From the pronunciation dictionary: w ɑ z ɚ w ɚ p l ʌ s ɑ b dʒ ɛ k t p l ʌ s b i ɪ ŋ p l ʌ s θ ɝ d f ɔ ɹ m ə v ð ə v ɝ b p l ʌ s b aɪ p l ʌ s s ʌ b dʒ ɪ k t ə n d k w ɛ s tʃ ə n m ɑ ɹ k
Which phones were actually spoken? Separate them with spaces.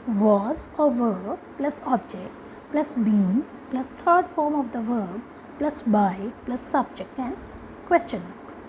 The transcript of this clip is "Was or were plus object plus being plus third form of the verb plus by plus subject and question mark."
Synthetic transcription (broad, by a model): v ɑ z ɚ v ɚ p l ʌ s ɑ b dʒ ɛ k t p l ʌ s b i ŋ p l ʌ s t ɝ d f ɔ ɹ m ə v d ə v ɝ b p l ʌ s b aɪ p l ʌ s s ʌ b dʒ ɪ k t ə n k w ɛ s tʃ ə n